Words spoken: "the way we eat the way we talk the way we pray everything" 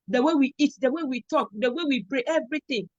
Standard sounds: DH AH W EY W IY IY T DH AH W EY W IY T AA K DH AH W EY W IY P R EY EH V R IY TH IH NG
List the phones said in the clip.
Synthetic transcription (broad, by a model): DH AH W EY W IY IY T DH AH W EY W IY T AA K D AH W EY W IY B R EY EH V R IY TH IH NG